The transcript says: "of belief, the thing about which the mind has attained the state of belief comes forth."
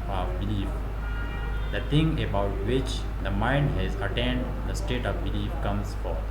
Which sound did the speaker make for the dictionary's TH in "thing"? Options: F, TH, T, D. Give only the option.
T